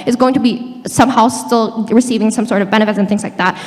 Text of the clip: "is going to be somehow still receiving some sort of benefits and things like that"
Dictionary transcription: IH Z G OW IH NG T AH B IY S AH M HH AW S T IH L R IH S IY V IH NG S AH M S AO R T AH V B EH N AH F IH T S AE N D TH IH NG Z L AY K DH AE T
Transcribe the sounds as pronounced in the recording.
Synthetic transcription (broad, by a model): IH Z G OW IH NG T AH B IY S AH M HH AW S T IH L R IH S IY V IH NG S AH M S AO R T AH V B EH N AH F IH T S N TH IH NG Z L AY K DH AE T